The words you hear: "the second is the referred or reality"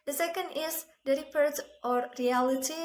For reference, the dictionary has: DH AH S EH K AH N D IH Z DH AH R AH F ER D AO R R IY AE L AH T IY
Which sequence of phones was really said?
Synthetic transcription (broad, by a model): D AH S EH K AH N D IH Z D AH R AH P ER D AO R R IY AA L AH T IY